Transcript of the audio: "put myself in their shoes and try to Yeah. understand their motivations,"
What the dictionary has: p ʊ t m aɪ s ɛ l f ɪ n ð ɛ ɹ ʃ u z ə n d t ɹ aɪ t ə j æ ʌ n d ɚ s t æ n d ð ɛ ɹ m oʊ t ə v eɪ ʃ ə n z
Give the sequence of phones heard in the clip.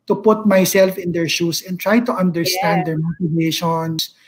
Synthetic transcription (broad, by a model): p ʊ t m aɪ s ɛ l f ɪ n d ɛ ɹ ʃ u s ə n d t ɹ aɪ t ə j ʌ n d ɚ s t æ n d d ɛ ɹ m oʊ t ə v eɪ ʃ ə n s